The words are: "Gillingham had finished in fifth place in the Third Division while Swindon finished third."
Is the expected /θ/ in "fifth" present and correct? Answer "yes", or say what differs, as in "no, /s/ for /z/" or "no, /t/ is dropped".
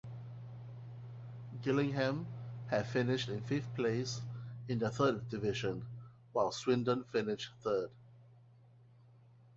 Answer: no, /f/ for /θ/